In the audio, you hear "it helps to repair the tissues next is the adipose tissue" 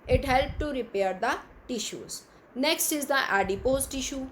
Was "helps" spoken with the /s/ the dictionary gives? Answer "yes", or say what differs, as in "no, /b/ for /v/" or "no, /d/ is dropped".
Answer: no, /s/ is dropped